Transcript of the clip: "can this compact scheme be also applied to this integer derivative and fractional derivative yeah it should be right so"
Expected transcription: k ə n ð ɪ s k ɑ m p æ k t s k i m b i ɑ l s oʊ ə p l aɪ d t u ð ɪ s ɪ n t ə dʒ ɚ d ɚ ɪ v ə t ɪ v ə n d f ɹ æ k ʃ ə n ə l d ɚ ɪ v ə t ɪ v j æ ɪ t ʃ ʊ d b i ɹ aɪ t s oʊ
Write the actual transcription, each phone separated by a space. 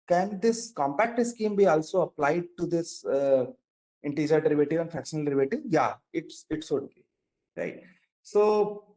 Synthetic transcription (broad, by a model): k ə n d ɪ s k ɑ m p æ k t s k i m b i ɑ l s oʊ ə p l aɪ d t u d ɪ s ɪ n t ə dʒ ɚ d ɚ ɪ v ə t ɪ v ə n f ɹ æ k ʃ ə n ə l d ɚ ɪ v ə t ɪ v j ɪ ɪ t s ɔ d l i ɹ aɪ t s oʊ